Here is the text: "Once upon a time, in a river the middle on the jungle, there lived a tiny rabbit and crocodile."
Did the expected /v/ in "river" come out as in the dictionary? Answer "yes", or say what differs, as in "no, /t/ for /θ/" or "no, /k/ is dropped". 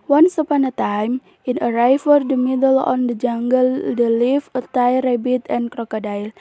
no, /f/ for /v/